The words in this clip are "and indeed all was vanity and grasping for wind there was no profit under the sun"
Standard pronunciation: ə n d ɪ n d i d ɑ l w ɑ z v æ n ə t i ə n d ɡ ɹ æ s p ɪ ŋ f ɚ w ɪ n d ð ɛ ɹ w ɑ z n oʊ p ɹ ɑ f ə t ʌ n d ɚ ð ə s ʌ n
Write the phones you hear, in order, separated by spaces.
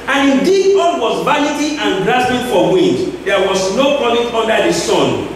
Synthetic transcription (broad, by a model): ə n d ɪ n d i d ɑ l w ɑ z v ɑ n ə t i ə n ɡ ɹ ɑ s b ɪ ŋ f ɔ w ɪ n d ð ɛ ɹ w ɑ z n oʊ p ɑ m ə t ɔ n d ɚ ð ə s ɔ n